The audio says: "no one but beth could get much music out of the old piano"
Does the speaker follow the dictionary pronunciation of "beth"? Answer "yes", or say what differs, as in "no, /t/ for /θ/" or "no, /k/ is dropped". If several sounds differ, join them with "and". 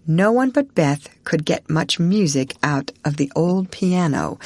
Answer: yes